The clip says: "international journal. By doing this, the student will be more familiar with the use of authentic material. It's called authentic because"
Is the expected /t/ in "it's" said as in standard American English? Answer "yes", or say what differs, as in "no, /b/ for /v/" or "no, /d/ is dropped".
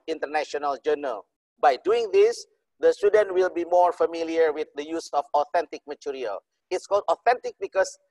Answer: yes